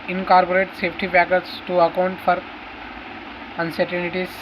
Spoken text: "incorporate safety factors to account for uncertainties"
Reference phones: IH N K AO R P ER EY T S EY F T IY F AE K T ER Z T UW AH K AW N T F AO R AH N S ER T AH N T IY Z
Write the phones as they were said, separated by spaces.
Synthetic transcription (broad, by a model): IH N K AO R P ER EY T S EY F T IY P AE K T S T UW AH K AW N T F AO R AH N S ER T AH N T IY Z